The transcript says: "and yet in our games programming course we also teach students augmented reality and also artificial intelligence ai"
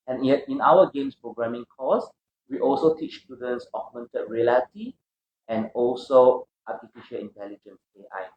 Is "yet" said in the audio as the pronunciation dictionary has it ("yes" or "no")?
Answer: no